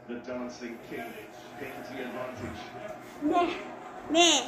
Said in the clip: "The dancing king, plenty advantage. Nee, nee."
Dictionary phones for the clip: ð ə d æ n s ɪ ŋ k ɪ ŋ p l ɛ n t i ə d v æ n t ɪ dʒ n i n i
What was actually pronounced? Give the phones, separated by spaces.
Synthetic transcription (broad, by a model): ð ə d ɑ n s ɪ ŋ k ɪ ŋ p ɛ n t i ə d v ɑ n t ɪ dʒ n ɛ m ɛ